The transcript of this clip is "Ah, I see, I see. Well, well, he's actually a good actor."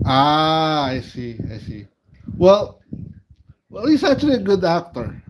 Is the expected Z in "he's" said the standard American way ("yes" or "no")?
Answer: no